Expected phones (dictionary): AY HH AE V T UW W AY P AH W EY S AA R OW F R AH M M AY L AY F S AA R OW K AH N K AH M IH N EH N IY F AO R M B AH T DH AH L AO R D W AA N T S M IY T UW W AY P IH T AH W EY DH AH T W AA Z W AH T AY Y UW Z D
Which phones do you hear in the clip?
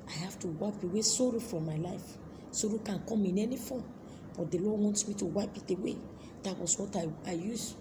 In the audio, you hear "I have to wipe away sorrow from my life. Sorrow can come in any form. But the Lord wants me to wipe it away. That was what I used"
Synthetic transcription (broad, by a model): AY HH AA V T UW W AY P AH W EY S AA R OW F R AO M M AY L AY F S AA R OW K AH N K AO M IH N EH N IY F AO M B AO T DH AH L AO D W AA N T S M IY T UW W AY P IH T AH W EY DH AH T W AA S W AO T AY Y UW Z